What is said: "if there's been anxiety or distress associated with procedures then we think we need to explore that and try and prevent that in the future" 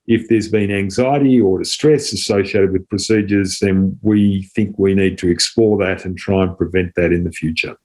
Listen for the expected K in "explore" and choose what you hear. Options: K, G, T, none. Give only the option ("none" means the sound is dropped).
K